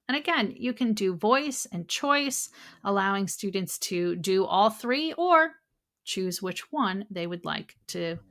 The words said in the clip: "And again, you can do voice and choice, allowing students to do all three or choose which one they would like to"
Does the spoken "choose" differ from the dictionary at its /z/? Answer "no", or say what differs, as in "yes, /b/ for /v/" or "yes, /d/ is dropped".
no